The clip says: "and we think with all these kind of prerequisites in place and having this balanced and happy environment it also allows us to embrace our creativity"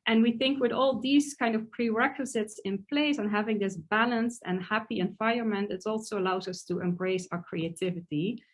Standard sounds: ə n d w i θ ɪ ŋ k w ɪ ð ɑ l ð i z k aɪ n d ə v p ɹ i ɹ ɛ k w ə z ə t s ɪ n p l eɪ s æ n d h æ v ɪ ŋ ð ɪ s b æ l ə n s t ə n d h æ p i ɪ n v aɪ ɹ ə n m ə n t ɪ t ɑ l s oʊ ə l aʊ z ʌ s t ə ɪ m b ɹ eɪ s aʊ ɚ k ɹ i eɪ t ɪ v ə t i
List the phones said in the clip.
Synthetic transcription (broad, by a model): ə n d w i θ ɪ ŋ k w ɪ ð ɑ l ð i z k aɪ n d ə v p ɹ i ɹ ɛ k w ə z ə t s ɪ n p l eɪ s n h æ v ɪ ŋ ð ɪ s b æ l ə n s t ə n h æ p i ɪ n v aɪ ə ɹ m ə n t ɪ t ɑ l s oʊ ə l aʊ z ʌ s t ə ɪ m b ɹ eɪ s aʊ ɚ k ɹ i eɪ t ɪ v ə t i